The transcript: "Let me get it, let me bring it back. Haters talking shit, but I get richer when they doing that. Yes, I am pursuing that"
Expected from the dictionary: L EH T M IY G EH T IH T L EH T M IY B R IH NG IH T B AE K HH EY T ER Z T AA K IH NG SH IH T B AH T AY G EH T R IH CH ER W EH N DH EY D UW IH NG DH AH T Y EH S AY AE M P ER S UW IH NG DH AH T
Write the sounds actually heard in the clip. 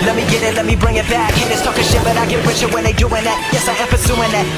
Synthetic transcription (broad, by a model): L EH T M IY G EH T IH T L EH T M IY B R IH NG IH T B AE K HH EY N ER S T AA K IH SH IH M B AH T AY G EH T W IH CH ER W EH N DH EY D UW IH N DH AH T Y EH S AY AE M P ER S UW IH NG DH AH T